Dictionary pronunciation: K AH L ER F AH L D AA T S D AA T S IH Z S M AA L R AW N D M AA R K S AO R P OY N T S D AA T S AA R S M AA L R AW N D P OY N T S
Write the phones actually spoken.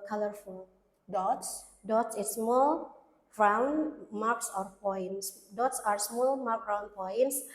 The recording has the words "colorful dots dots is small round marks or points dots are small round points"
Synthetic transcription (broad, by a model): K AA L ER F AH L D AA T S D AA T S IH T S M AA L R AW N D M AA R K S AO R P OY N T S D AA T S AA R S M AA L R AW N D P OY N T S